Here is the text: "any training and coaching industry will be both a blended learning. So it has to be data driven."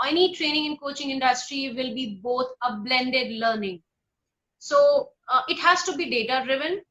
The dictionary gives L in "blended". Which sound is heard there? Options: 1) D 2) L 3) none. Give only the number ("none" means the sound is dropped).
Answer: 2